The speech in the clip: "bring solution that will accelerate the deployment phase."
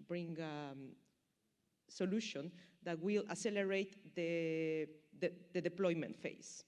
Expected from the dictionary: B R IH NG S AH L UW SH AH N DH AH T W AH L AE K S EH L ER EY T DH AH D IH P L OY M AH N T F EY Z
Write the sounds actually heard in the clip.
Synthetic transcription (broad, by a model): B R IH NG S AH L UW SH AH N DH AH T W AH L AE S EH L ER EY T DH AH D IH P L OY M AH N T F EY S